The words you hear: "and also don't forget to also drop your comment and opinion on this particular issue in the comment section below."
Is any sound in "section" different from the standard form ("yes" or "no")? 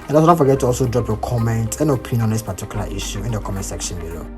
no